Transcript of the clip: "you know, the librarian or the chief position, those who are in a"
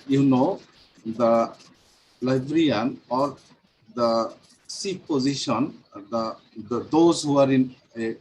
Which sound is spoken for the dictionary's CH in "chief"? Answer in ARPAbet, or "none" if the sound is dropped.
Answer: S